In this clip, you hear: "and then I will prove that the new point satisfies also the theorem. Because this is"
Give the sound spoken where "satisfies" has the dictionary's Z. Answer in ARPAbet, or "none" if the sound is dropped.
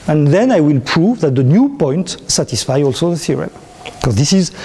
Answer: none